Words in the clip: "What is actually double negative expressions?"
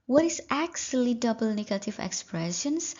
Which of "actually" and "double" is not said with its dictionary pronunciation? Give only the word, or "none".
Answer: actually